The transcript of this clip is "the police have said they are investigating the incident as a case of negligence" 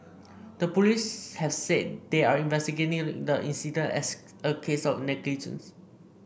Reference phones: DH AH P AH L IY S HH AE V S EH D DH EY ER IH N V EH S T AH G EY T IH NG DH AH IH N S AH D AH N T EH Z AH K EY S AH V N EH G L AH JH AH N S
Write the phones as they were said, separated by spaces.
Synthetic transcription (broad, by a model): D AH P AH L IY S HH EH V S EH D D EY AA IH N V EH S T AH G EY T IH NG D AH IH N S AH D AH N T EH S AH K EY S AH F N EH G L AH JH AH N S